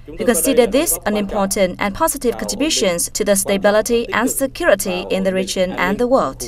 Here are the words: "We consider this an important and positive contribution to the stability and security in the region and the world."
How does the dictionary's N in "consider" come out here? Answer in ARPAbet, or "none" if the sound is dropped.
N